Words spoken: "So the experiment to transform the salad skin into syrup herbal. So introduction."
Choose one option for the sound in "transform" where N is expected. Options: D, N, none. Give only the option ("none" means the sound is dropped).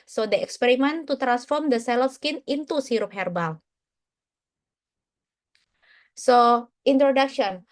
N